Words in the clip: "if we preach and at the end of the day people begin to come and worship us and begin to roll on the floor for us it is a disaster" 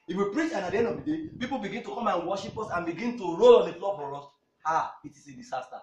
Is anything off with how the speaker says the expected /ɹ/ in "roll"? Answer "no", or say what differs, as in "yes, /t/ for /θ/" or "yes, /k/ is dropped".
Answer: no